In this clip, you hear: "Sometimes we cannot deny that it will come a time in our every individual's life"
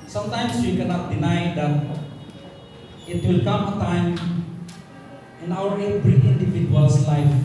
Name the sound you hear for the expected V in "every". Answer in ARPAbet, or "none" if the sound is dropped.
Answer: B